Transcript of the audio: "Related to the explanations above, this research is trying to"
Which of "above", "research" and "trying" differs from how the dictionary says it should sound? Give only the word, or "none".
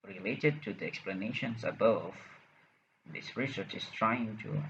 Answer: none